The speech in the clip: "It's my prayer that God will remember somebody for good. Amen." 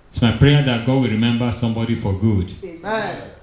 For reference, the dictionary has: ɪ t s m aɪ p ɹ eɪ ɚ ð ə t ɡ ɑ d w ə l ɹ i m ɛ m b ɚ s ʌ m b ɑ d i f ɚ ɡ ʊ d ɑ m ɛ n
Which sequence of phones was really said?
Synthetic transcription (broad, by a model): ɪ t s m aɪ p ɹ eɪ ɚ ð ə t ɡ ɑ d w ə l ɹ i m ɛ m b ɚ s ʌ m b ɑ d i f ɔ ɡ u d